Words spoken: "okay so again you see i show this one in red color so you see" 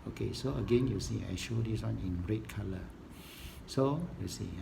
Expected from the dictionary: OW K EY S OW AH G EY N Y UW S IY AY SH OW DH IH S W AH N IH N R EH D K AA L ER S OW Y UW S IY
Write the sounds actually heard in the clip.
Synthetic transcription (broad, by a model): OW K EY S OW AH G EY N Y UW S IY AY SH OW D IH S W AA N IH N R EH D K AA L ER S OW Y UW S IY